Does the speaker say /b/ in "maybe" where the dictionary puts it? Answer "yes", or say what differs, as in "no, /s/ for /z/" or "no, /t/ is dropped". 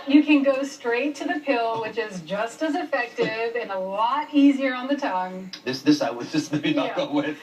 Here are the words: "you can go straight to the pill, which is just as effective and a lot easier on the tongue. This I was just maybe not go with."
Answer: no, /b/ is dropped